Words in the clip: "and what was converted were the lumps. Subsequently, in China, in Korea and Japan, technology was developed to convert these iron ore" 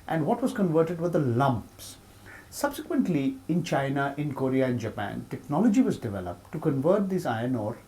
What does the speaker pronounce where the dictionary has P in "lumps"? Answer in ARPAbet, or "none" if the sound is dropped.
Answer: P